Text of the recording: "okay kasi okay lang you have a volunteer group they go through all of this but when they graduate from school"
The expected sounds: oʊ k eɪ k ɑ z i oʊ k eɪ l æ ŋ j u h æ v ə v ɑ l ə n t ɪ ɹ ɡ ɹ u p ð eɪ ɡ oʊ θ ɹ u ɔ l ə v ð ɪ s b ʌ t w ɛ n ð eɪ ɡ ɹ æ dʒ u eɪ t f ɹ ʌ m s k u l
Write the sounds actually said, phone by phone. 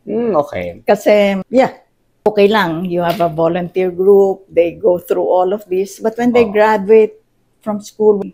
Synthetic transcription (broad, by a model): oʊ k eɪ k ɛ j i oʊ k eɪ l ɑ ŋ j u h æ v ə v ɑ l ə n t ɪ ɹ ɡ ɹ u p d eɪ ɡ oʊ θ ɹ u ɔ l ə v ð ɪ s b ʌ t w ɛ n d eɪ ɡ ɹ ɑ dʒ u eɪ t f ɹ ʌ m s k u l